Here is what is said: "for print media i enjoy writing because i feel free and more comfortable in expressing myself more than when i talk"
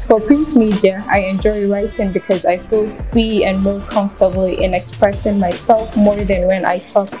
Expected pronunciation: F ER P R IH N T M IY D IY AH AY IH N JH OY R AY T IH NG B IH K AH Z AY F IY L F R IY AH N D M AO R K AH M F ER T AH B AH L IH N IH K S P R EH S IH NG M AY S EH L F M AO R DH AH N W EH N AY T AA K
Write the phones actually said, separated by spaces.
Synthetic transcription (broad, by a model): F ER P IH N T M IY D IY AH AY IH N JH OY R AY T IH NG B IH K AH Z AY F IY L F R IY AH N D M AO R K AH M F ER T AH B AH L IH N IH K S P R EH S IH NG M AY S EH L F M AO R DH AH N W EH N AY T AA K